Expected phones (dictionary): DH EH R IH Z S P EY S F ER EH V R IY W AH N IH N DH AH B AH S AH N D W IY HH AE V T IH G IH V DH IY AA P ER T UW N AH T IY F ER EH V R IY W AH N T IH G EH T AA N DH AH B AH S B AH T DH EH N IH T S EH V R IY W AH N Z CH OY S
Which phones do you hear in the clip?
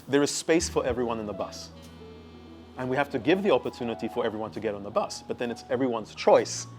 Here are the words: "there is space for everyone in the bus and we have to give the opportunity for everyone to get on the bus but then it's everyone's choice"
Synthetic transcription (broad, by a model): DH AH R IH Z S P EY S F ER EH V R IY W AH N IH N DH AH B AH S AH N W IY HH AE F T IH G IH V DH IY AA P ER T UW N AH T IY F ER EH V R IY W AH N T IH G EH T N DH AH B AH S B AH T DH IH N IH T S EH V R IY W AH N Z CH OY S